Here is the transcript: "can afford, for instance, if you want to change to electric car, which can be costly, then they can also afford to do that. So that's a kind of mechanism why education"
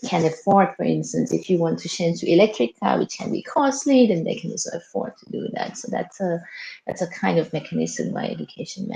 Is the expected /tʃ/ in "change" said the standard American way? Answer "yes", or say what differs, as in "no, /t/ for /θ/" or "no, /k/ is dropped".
no, /ʃ/ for /tʃ/